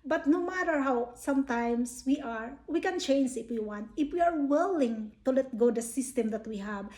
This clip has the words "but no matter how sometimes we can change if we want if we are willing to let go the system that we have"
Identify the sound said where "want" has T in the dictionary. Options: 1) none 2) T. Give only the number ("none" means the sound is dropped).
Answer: 2